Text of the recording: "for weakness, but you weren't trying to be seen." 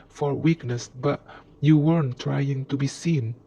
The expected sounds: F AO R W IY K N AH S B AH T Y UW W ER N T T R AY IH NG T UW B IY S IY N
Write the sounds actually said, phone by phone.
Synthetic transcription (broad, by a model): F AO R W IY K N AH S B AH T Y UW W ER N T T R AY IH NG T UW B IY S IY N